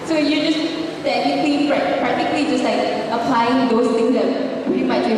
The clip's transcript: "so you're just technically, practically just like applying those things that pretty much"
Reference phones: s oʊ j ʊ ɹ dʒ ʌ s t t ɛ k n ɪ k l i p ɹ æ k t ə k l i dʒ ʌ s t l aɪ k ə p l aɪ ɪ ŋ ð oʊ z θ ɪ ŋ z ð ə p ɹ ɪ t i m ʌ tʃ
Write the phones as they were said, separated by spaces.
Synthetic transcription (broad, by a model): s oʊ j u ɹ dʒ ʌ s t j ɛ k l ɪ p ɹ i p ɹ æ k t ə k l i dʒ ʌ s t l aɪ k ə p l aɪ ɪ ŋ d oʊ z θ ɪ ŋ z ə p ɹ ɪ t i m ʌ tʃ